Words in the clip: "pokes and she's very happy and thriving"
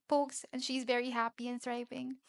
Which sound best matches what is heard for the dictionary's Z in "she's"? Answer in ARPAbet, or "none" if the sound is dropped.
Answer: Z